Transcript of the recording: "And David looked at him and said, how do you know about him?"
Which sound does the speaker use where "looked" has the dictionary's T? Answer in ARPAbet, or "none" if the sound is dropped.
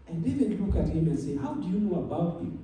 none